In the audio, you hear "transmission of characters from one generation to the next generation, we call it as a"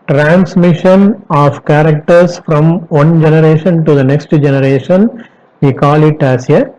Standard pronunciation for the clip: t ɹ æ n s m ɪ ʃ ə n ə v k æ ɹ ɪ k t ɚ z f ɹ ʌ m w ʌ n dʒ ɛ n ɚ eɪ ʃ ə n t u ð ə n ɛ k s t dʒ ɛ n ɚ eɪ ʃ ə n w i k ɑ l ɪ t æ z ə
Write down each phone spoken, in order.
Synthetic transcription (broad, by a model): t ɹ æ n s m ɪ ʃ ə n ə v k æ ɹ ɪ k t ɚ s f ɹ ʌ m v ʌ n dʒ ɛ n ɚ eɪ ʃ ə n t u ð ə n ɛ k s t dʒ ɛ n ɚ eɪ ʃ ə n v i k ɑ l ɪ t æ s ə